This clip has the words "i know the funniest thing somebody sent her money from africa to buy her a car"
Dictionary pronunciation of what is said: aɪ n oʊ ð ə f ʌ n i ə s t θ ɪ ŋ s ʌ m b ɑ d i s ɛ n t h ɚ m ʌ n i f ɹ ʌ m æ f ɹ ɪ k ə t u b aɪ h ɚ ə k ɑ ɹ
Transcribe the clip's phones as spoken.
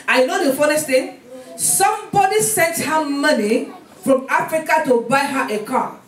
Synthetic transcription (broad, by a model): aɪ n oʊ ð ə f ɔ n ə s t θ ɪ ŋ s ʌ m b ɑ d i s ɛ n t h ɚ m ʌ n i f ɹ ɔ m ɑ f ɹ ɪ k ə t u b aɪ h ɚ ə k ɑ